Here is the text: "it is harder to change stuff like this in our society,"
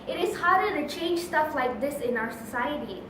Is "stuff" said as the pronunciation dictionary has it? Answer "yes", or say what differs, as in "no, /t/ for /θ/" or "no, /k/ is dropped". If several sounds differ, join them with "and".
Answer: yes